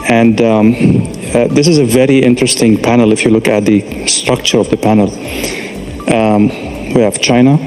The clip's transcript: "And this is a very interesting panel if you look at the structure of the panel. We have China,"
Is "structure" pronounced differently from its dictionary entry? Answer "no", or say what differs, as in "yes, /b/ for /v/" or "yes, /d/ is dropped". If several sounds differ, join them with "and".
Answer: no